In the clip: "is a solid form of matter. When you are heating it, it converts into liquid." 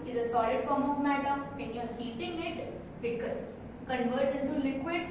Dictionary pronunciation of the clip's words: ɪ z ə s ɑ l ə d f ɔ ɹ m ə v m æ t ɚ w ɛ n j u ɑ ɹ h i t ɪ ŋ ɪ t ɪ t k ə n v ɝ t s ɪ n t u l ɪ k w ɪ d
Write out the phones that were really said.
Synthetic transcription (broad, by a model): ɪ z ə s ɑ l ə d f ɔ ɹ m ə v m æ t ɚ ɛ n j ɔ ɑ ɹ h i t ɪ ŋ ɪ t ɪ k k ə n v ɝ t ʃ ɪ n t u l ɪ k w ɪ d